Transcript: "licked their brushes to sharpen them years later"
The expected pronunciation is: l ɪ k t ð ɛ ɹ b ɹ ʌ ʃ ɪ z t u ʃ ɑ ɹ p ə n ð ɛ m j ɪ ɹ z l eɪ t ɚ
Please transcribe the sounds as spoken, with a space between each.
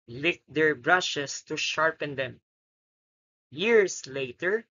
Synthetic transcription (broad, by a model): l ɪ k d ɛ ɹ b ɹ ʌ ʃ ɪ s t u ʃ ɑ ɹ p ə n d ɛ m j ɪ ɹ s l eɪ t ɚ